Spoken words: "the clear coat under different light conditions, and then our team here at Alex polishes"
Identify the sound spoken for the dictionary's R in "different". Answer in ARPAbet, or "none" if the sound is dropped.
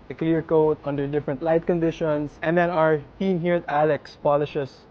R